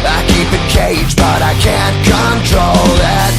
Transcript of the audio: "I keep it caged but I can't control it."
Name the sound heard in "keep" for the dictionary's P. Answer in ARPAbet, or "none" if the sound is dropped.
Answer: P